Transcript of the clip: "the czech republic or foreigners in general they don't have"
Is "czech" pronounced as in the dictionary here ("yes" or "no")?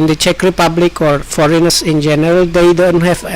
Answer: yes